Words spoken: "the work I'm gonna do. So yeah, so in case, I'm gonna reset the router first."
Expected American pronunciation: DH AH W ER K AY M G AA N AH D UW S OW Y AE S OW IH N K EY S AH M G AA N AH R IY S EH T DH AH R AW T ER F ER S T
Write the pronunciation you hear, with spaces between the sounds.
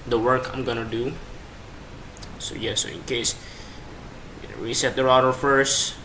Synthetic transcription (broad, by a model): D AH W ER K AY M G AA N AH D UW S OW Y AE S OW IH N K EY AH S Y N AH W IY S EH T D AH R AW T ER F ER S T